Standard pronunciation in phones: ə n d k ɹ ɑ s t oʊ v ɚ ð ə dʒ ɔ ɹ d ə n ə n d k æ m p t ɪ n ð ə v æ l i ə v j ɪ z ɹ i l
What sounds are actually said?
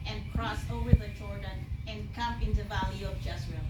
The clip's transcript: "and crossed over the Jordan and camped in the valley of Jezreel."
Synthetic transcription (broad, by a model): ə n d k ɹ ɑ s oʊ v ɚ ð ə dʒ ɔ ɹ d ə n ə n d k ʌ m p ɪ n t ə v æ l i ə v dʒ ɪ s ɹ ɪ